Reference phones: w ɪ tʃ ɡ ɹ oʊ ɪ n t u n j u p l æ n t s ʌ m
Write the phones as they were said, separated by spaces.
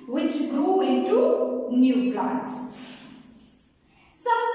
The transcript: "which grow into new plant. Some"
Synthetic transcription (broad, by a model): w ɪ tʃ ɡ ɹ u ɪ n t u n j u b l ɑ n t s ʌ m